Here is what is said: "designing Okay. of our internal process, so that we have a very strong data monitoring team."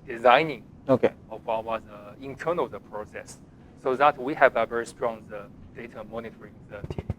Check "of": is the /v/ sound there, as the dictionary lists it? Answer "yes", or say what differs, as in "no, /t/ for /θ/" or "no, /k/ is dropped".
no, /w/ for /v/